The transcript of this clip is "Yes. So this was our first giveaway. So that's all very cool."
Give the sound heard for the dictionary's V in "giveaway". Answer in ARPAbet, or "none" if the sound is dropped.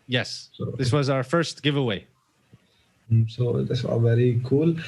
V